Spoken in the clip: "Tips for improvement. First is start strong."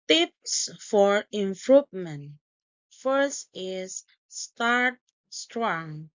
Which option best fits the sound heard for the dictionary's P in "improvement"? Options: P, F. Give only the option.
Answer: F